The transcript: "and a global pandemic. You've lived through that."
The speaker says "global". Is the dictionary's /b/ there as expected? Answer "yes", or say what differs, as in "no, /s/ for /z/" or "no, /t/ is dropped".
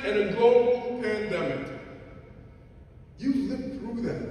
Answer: no, /b/ is dropped